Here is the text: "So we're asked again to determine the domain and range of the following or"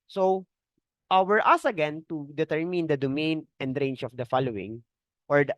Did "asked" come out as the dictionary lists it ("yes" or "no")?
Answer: no